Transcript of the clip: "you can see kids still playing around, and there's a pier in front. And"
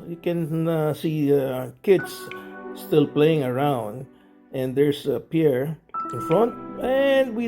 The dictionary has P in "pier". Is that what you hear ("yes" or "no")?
yes